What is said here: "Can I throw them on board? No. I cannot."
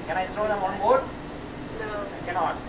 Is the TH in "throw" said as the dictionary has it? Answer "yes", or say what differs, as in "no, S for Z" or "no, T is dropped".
no, T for TH